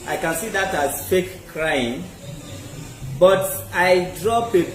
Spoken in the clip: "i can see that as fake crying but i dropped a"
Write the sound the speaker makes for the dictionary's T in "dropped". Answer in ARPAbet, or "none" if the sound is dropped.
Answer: none